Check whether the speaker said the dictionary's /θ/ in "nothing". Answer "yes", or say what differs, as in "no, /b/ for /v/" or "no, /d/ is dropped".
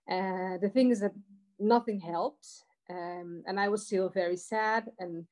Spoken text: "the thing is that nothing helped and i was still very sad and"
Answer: yes